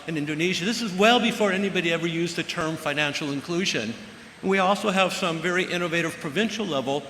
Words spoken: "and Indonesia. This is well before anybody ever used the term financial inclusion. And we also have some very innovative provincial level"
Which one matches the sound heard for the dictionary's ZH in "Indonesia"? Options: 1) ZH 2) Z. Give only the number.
1